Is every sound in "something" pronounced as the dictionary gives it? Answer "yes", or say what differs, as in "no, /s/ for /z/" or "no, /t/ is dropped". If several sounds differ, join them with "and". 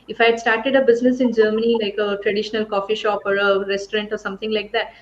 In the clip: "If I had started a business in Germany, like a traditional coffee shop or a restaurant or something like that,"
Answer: no, /t/ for /θ/